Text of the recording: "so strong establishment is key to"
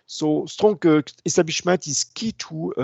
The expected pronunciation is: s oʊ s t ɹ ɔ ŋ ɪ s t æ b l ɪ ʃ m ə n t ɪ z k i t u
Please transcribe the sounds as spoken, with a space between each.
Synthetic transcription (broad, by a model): s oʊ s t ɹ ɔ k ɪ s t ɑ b ɪ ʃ m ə t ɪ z k i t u